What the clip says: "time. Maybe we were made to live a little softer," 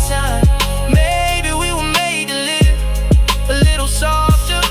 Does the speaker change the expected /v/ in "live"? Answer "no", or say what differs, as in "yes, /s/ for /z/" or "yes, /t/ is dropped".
yes, /v/ is dropped